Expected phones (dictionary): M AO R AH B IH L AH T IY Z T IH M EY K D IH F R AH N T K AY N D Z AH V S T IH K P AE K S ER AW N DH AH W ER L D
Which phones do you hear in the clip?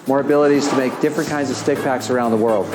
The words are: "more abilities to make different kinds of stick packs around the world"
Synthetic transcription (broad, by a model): M AO R AH B IH L AH T IY Z T IH M EY K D IH F R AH N K AY N D Z AH V S T IH K P AE K S ER AW N DH AH W ER L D